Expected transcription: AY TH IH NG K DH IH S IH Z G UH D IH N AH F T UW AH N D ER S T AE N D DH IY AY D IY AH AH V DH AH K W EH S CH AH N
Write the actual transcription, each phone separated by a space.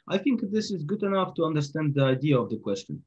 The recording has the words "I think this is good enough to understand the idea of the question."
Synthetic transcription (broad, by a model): AY TH IH NG K DH IH S IH Z G UH D IH N AH F T UW AH N D ER S T AE N D DH IY AY D IY AH AH V DH AH K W EH S CH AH N